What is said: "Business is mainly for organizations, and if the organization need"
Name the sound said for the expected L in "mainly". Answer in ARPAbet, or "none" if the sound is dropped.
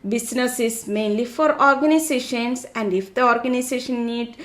L